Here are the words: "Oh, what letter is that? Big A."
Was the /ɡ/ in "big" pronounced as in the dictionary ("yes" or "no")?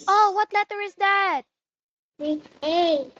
no